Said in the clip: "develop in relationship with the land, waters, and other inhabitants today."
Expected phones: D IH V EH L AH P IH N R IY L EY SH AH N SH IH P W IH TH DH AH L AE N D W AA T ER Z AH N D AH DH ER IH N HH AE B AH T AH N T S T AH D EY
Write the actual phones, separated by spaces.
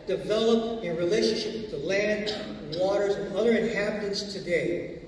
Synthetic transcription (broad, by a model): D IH V EH L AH P IH N R IY L EY SH AH N SH IH P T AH L AE N D W AA T ER Z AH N AH DH ER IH N HH AE B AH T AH N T S T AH D EY